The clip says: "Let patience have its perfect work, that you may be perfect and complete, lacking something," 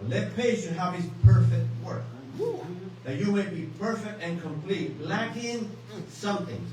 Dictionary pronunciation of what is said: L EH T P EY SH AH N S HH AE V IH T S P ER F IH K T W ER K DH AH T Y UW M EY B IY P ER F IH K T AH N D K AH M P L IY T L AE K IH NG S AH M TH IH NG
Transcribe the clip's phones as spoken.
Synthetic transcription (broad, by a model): L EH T P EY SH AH HH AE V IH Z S P ER F IH K T W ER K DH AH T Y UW M EY B IY P ER F IH K T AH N K AH M P L IY T L AE K IH NG S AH M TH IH NG